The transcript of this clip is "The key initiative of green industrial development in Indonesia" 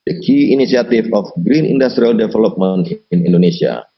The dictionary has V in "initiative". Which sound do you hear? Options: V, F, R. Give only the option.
F